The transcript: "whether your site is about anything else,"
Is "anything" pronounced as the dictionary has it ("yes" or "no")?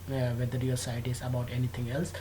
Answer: no